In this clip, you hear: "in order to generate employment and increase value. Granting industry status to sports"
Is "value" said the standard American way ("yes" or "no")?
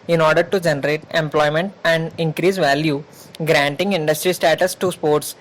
yes